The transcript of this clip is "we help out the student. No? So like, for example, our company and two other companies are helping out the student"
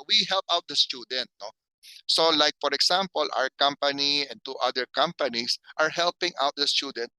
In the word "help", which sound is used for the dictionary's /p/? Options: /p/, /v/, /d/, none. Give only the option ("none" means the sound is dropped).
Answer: /p/